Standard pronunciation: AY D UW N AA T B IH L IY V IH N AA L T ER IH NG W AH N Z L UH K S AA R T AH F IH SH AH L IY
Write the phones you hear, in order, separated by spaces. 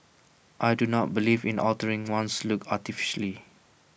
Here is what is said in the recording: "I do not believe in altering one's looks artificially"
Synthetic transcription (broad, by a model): AY D UW N AA T B IH L IY V IH N AA L T ER IH NG W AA N S L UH K AA T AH F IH SH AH L IY